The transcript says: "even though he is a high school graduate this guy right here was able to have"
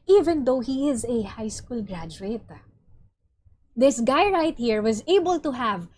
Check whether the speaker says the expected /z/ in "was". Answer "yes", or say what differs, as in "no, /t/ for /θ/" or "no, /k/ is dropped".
yes